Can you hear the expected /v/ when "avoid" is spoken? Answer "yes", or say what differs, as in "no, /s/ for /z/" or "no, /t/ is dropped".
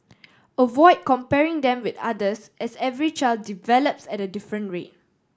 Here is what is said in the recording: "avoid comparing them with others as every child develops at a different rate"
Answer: yes